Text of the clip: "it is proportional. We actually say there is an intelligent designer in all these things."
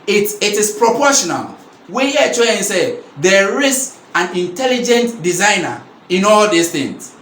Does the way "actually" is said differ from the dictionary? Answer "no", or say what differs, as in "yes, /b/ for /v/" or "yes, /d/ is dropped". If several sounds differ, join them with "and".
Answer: yes, /k/ is dropped